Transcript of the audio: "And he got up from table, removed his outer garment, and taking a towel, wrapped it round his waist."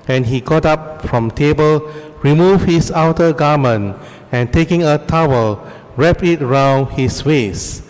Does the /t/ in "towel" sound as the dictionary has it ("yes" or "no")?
yes